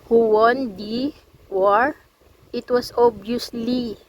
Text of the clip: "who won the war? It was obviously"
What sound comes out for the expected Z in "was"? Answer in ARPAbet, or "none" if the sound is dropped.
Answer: S